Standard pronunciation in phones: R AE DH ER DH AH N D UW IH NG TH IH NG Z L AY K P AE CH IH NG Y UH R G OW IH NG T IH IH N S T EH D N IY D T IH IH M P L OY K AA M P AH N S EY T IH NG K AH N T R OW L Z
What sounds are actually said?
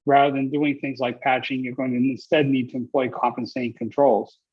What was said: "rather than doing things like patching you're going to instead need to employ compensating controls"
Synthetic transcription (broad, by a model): R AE DH ER DH AH N D UW IH NG TH IH NG Z L AY K P AE CH IH NG Y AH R G OW IH NG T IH IH N S T EH D N IY D T IH IH M P L OY K AA M P AH N S EY T IH NG K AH N T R OW L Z